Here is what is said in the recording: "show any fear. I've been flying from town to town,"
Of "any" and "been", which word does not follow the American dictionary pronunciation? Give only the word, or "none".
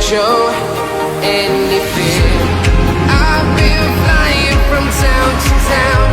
been